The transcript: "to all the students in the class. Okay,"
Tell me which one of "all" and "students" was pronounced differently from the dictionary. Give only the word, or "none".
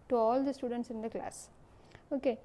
none